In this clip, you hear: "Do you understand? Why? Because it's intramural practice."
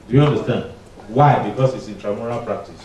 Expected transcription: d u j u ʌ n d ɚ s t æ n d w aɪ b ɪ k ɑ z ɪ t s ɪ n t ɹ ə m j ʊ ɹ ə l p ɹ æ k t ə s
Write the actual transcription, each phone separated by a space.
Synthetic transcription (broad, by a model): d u j u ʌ n d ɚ s t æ n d w aɪ b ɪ k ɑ s ɪ t s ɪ n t ɹ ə m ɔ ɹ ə l p ɹ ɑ k t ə s